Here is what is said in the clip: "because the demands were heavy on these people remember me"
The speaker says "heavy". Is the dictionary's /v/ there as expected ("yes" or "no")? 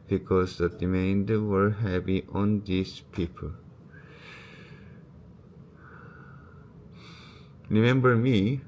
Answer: no